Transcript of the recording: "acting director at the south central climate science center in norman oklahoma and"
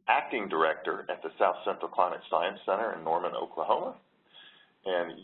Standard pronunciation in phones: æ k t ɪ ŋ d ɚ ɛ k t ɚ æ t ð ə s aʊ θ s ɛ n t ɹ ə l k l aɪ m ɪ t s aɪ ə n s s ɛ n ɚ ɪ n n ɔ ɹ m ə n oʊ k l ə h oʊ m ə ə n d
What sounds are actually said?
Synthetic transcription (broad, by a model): æ k t ɪ ŋ d ɚ ɛ k t ɚ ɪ t ð ə s aʊ θ s ɛ n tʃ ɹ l k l aɪ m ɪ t s aɪ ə n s s ɛ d ɚ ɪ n n ɔ ɹ m ə n oʊ k l ə h oʊ m ə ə n